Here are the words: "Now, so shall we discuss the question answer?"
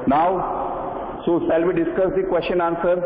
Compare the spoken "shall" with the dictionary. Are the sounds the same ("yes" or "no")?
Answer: no